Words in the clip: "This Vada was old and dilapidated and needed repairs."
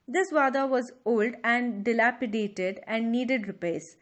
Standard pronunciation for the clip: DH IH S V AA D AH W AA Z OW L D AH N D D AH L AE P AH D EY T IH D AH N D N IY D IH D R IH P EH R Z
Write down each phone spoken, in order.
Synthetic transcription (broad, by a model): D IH S V AA D AH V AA Z OW L D AH N D D AH L AE P AH D EY T IH D AH N D N IY D IH D R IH P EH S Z